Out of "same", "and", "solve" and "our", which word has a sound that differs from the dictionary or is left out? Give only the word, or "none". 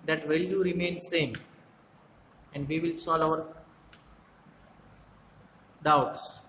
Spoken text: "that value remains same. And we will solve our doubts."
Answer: solve